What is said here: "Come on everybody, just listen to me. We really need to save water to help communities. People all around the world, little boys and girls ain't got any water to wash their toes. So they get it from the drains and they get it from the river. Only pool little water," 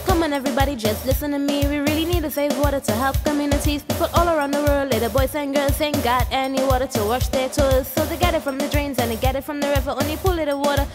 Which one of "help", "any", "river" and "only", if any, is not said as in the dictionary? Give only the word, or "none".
none